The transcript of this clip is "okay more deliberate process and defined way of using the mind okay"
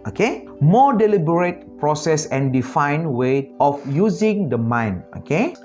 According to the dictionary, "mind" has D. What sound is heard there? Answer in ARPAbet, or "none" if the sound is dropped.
none